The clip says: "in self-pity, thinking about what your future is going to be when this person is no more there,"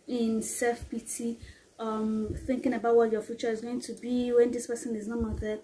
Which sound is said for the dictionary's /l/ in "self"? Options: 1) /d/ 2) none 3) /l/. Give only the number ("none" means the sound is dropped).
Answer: 2